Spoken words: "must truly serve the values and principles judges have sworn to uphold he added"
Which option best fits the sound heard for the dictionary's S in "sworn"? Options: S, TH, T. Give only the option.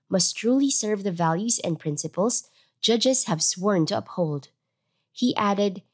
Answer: S